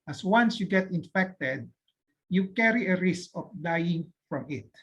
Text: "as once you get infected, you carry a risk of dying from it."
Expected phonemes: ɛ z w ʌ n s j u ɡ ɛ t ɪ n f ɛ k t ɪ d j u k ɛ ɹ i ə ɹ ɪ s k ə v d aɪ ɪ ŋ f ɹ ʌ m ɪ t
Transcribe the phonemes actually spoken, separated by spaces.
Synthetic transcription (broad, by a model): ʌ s w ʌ n s j u ɡ ɛ t ɪ n f ɛ k t ɪ d j u k ɛ ɹ i ə ɹ ɪ s k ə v d aɪ ɪ ŋ f ɹ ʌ m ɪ t